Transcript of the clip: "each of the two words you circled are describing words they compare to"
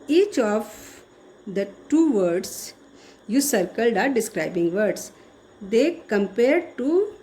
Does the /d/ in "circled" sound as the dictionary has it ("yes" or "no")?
yes